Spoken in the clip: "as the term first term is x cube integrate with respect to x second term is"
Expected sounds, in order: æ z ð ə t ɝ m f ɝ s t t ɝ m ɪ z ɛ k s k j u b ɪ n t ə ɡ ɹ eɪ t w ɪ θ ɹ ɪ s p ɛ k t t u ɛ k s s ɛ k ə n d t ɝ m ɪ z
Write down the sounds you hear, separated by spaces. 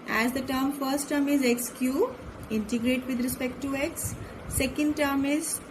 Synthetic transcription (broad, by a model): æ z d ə t ɝ m f ɝ s t t ɝ m ɪ z ɛ k s k j u ɪ n t ə ɡ ɹ eɪ t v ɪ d ɹ ɪ s p ɛ k t t u ɛ k s s ɛ k ə n d t ɝ m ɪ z